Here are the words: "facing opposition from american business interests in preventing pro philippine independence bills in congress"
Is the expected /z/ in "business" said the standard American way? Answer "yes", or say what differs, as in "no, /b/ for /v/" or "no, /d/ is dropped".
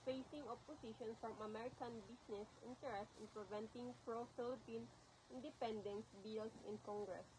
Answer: no, /s/ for /z/